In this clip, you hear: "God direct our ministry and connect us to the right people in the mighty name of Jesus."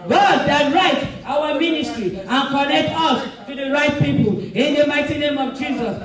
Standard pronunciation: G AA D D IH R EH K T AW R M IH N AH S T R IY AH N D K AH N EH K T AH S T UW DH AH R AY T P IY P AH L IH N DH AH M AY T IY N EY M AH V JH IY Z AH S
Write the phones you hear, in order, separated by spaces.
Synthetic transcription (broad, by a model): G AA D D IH R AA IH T AW W M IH N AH S T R IY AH N K AH N EH K T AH S T UW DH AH R AY T P IY P AH L IH N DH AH M AY T IY N EY M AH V JH IY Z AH S